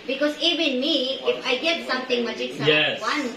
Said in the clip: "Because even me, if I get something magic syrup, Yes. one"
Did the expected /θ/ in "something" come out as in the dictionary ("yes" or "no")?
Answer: no